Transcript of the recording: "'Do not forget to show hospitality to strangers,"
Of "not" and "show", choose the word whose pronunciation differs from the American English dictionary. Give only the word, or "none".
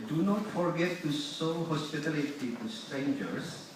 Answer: show